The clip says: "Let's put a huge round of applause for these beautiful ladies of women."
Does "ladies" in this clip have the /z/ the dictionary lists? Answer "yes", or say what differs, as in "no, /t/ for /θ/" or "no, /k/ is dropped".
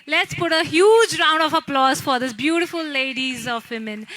yes